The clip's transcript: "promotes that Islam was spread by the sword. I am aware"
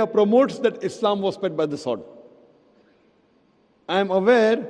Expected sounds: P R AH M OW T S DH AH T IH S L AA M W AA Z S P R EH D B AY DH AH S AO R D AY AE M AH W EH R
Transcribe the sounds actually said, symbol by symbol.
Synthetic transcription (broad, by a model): P R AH M OW T S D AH T IH S L AA M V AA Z S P EH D B AY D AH S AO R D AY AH M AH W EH R